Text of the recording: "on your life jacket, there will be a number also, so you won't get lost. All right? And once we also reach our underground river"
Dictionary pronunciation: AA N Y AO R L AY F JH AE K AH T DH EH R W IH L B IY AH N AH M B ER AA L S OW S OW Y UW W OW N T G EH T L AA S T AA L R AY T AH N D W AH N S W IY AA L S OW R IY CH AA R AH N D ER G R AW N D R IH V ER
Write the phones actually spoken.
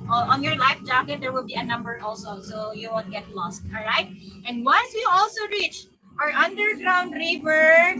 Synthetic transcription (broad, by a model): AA N Y AO R L AY F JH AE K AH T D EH R W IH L B IY AH N AH M B ER AA L S OW S OW Y UW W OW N G EH T L AA S T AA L R AY T AH N D W AH N S W IY AA L S OW R IY CH AA R AH N D ER G R AW N D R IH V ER